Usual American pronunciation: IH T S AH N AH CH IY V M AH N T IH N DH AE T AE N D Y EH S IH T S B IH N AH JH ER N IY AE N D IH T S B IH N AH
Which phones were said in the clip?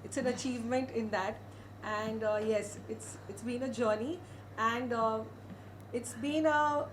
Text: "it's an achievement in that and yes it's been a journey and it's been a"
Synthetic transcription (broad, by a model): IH T S AH N AH CH IY V M AH N T IH N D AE T AE N D Y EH S IH T S B IH N AH JH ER N IY AE N D IH T S B IH N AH